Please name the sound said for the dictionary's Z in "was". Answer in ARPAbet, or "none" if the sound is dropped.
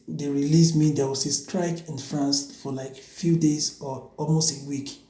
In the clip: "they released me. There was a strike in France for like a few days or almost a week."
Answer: S